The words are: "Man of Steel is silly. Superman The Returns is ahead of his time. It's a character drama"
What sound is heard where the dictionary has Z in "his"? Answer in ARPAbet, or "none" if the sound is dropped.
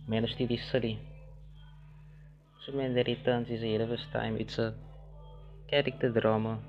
S